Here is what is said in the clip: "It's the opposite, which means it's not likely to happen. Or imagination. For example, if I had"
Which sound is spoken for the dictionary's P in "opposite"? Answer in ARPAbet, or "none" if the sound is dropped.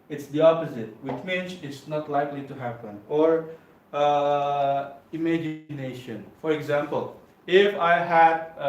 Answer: P